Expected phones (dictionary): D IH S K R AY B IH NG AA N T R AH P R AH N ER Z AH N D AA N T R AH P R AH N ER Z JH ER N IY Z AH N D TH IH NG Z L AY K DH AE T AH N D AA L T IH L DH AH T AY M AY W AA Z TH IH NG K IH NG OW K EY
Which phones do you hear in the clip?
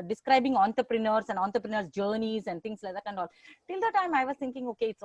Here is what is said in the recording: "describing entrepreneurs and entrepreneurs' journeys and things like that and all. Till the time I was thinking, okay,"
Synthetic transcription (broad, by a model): D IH S K R AY B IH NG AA N T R P R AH N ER S AH N D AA N T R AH P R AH N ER S JH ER N IY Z AH N D T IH NG S L AY K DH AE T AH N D AA L T IH L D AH T AY M AY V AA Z T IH NG K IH NG OW K EY